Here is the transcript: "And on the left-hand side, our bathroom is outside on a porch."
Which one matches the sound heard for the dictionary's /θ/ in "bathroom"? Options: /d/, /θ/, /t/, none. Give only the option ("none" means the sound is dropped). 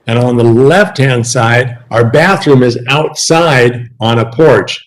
/θ/